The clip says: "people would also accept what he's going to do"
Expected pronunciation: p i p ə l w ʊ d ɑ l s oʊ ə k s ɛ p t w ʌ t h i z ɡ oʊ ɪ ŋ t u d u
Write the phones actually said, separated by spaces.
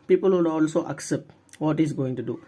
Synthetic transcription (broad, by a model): p i p ə l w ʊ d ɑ l s oʊ ə k s ɛ p t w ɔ t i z ɡ oʊ ɪ ŋ t u d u